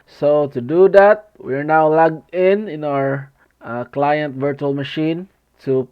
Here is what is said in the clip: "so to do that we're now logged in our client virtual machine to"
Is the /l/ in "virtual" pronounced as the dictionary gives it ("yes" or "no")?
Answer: yes